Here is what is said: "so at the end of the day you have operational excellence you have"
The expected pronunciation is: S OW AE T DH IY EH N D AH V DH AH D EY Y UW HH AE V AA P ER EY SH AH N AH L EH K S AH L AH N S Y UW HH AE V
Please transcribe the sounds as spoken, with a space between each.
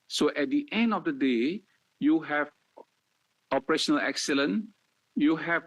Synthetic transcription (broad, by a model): S OW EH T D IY EH N D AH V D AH D EY Y UW HH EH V AA P ER EY SH AH N AH L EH K S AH L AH N Y UW HH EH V